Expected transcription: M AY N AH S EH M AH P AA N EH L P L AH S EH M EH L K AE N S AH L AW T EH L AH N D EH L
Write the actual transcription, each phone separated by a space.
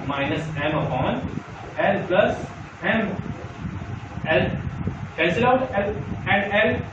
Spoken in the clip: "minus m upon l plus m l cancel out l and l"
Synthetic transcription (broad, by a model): M AY N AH S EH M AH P AA N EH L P L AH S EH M EH L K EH L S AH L AW T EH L AH N D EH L